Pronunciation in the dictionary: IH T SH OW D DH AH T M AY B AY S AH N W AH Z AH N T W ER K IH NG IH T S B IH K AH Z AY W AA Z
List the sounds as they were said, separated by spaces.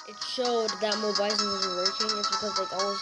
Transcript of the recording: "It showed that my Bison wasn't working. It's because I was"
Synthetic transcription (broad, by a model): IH T SH OW D DH AH T M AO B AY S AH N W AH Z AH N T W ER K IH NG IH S B IH K AH Z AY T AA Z